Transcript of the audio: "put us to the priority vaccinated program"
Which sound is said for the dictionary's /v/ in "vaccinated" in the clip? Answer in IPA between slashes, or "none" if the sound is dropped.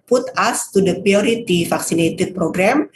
/f/